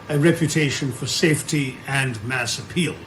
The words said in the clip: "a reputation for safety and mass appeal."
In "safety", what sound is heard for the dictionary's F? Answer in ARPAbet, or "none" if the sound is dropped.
F